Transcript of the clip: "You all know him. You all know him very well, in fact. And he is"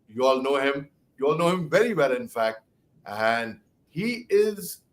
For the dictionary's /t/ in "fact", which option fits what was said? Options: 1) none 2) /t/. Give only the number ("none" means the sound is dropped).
2